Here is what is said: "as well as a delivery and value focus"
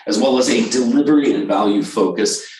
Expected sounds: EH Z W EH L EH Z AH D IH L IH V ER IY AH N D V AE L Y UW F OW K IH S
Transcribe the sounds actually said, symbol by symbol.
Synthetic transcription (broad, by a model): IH Z W EH L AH Z AH D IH L IH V ER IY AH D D V AE L Y UW F OW K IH S